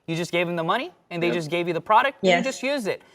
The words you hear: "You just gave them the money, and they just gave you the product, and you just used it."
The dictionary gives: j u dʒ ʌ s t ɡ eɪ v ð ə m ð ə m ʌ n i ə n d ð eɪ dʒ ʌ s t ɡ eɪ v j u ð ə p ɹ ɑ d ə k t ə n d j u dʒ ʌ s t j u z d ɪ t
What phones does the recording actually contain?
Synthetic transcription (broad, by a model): j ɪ dʒ ʌ s ɡ eɪ v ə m ð ə m ʌ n i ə n ð eɪ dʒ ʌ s ɡ eɪ v j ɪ ð ə p ɹ ɑ d ə k t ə dʒ ʌ s t j u z d ɪ t